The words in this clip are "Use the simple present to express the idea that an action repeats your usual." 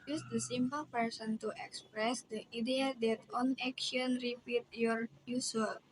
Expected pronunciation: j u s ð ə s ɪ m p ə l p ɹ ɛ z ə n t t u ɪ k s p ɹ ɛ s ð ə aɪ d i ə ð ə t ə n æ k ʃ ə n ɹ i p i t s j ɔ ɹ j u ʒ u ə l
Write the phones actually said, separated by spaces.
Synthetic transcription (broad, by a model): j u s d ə s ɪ m p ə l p ɛ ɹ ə n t t u ɪ k s p ɹ ɛ s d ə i d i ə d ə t ə n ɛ k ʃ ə n ɹ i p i t j ɔ ɹ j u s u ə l